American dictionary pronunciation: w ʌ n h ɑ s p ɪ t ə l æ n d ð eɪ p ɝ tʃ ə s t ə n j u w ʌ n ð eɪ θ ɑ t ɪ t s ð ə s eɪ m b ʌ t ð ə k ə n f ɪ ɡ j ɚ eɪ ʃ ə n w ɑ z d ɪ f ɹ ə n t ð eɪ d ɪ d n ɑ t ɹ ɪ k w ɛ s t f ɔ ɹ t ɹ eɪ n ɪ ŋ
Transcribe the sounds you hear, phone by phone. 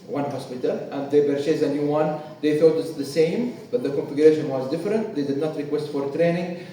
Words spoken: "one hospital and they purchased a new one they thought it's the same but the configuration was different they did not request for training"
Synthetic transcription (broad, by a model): w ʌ n h ɑ s p ɪ t ə l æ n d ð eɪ b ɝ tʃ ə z ə n j u w ʌ n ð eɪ θ ɑ t ɪ t s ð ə s eɪ m b ʌ t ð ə k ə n f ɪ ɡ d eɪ ʃ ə n w ɑ z d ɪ f ɹ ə n t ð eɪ d ɪ d n ɑ t ɹ ɪ k w ɛ s t f ɔ ɹ t ɹ eɪ n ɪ ŋ